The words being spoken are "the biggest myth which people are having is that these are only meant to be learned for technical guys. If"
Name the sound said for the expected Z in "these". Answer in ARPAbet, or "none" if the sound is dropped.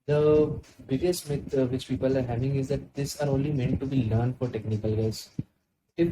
S